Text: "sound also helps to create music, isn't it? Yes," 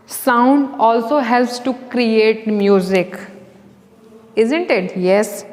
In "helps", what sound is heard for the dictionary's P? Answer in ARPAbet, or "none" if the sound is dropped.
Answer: P